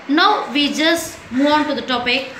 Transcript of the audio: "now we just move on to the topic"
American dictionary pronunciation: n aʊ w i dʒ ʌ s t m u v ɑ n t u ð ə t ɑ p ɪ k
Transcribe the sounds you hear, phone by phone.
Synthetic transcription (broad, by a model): n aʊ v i dʒ ʌ s t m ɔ ɑ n t u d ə t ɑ p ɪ k